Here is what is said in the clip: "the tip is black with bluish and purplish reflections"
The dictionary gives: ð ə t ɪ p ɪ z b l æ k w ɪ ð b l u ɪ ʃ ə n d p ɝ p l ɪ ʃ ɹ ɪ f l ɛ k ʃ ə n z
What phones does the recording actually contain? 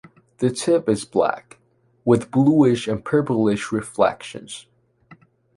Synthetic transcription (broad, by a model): ð ə t ɪ p ɪ z b l æ k w ɪ ð b l u ɪ ʃ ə n p ɝ p l ɪ ʃ ɹ ɪ f l ɛ k ʃ ə n z